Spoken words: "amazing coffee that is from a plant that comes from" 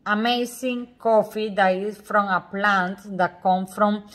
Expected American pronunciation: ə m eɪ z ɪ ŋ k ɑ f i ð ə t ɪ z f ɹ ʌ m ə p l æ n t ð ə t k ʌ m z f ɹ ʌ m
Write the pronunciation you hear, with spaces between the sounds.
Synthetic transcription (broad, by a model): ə m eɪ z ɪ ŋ k ɑ f i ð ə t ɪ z f ɹ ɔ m ə p l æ n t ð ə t k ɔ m f ɹ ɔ m